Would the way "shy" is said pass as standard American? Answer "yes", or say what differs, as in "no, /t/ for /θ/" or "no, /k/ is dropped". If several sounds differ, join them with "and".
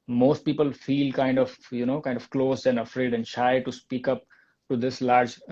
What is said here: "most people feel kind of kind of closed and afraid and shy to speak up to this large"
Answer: yes